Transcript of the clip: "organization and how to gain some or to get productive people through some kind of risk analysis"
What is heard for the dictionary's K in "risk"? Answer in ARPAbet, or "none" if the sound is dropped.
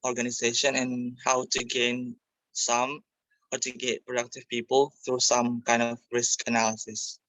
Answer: K